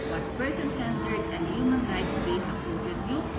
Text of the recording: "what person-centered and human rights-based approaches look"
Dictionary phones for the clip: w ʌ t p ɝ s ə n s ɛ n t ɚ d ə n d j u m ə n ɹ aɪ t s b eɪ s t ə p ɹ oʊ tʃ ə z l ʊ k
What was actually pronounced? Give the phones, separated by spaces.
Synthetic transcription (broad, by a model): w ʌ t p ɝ s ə n s ɛ n t ɚ d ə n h j u m ə n ɹ aɪ t s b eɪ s ə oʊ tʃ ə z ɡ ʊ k